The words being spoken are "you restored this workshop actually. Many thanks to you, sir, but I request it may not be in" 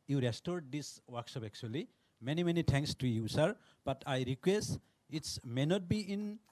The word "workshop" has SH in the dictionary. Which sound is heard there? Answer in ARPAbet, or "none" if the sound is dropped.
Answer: S